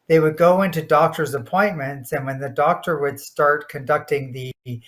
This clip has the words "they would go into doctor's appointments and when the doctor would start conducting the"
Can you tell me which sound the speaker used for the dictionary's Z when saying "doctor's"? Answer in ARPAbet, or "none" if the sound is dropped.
Z